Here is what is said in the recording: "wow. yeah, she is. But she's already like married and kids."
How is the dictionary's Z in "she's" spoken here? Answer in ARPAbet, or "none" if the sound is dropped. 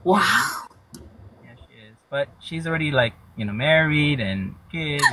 Z